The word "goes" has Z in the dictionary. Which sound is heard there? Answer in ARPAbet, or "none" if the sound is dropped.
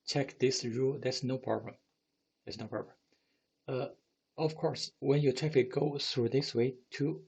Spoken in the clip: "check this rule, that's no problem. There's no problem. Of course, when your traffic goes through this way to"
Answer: none